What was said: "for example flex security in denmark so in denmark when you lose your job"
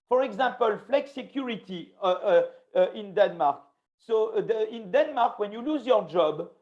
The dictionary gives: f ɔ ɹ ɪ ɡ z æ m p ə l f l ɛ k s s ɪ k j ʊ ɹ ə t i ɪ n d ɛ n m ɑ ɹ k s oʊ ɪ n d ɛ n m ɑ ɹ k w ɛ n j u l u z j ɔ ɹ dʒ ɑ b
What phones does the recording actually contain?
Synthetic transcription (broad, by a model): f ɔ ɹ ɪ ɡ z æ p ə l f l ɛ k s s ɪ k j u ɹ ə t i ɪ n d ɛ n m ɑ ɹ k s oʊ ɪ n d ɛ n m ɑ ɹ k w ɛ n j u l u z j ɔ ɹ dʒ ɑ b